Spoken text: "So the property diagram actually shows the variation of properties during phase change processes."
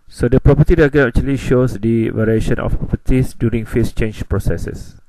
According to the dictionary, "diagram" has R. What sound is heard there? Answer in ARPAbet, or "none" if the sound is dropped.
none